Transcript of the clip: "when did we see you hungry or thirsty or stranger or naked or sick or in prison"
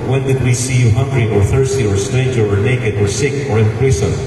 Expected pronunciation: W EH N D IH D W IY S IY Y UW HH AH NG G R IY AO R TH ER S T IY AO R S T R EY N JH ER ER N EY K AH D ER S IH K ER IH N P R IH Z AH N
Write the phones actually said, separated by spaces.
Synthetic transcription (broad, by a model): W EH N D IH D W IY S IY Y UW HH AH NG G R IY AO R TH ER S T IY AO R S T EY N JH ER ER N EY K AH D ER S IH K ER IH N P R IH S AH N